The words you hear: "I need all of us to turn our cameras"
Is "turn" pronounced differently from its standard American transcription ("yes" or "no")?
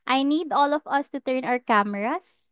no